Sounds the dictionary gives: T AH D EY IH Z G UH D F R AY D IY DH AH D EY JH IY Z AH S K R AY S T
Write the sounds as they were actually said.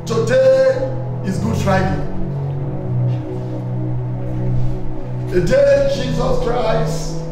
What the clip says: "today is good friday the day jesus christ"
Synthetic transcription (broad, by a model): T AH D EY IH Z G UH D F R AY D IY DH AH D EY JH IY Z AH S K R AY S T